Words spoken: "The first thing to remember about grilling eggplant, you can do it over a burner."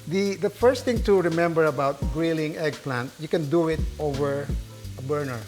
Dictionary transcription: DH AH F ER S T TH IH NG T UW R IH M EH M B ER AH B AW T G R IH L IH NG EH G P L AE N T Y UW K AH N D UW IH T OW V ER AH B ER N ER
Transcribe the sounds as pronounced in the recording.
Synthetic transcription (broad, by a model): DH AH F ER S T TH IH NG T UW R IH M EH M B ER AH B AW T G R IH L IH NG EH G P L AE N T Y UW K AH N D UW IH T OW V ER AH B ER N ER